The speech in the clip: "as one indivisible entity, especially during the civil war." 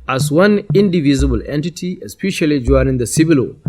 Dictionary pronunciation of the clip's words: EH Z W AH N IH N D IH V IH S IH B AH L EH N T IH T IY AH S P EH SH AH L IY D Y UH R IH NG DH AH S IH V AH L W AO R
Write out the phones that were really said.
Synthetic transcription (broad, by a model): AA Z W AH N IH N D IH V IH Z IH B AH L EH N T IH T IY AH S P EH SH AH L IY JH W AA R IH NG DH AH S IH B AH L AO